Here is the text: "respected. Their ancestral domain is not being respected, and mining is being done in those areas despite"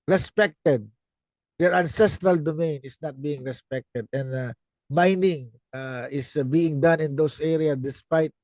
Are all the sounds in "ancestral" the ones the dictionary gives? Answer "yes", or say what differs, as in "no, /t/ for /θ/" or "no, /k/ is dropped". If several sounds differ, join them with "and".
yes